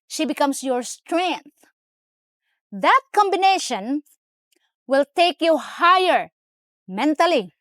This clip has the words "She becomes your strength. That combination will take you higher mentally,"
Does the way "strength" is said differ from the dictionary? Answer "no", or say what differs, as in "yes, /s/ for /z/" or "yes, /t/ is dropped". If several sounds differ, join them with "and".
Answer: no